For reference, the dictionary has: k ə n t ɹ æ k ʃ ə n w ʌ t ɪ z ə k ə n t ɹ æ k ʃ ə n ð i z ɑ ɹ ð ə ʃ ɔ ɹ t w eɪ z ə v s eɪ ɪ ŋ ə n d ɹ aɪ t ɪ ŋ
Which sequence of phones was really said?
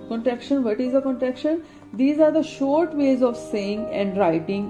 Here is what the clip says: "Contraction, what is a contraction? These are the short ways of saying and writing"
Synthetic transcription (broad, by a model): k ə n t ɹ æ k ʃ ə n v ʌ t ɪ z ə k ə n t ɹ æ k ʃ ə n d i z ɑ ɹ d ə ʃ ɔ ɹ t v eɪ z ə v s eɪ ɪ ŋ ə n d ɹ aɪ t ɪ ŋ